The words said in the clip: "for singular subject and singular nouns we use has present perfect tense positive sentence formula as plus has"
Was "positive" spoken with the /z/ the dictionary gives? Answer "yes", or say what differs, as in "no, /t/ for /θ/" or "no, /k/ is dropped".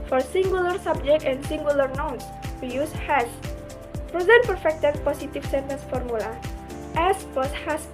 no, /s/ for /z/